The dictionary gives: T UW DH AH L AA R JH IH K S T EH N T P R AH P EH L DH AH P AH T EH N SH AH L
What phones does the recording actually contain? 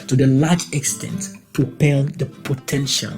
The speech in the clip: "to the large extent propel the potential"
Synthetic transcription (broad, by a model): T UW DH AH L AA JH IH K S T EH N T P R AH P EH L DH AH P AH T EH N SH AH L